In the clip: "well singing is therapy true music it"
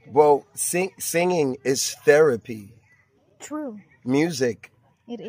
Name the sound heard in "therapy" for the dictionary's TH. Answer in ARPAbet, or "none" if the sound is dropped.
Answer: TH